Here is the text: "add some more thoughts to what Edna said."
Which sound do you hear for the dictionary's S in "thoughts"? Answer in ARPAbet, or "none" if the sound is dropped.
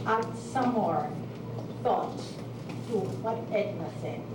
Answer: none